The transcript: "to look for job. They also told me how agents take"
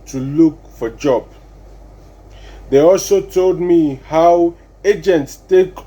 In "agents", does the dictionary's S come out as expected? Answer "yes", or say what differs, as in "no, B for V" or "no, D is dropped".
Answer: yes